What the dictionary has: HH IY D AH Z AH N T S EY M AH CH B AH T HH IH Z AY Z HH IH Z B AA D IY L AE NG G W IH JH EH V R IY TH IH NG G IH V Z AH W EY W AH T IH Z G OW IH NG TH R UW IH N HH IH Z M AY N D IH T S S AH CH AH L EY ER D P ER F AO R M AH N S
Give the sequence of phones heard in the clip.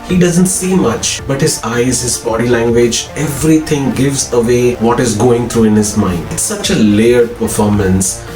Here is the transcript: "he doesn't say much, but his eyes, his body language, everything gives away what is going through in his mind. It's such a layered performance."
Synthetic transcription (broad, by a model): HH IY D AH Z AH N T S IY M AH CH B AH T HH IH Z AY Z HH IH Z B AA D IY L AE NG G W IH JH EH V R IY T IH NG G IH V Z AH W EY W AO T IH Z G OW IH NG T R UW IH N HH IH Z M AY N D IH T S S AH CH AH L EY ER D P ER F AO R M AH N S